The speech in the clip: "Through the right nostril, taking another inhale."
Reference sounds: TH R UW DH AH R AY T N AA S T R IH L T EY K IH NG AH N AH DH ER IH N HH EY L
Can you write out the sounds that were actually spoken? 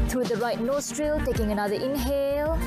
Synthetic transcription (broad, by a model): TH R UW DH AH R AY T N AA S T R IH L T EY K IH NG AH N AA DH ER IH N HH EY L